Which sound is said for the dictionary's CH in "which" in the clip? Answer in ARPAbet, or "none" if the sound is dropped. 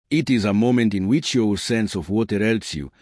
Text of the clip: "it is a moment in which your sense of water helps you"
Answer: CH